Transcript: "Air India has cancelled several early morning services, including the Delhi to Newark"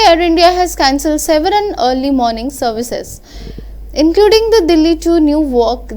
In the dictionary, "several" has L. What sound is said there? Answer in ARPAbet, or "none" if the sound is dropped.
N